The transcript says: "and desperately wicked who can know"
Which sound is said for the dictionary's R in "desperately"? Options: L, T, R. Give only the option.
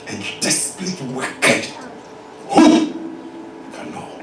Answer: L